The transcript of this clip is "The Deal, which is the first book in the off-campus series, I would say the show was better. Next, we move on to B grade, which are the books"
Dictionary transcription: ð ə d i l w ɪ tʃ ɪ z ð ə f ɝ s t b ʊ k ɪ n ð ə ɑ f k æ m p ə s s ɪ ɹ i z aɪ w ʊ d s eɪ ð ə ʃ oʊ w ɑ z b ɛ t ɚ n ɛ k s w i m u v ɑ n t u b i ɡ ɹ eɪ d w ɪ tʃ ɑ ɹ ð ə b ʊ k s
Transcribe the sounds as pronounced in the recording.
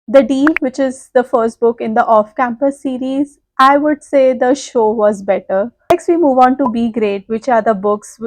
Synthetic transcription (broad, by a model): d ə d i l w ɪ tʃ ɪ z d ə f ɝ s t b ʊ k ɪ n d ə ɑ f k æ m p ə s s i ɹ i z aɪ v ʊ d s eɪ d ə ʃ oʊ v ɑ z b ɛ t ɚ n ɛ k s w i m u v ɑ n t u b i ɡ ɹ eɪ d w ɪ tʃ ɑ ɹ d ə b ʊ k s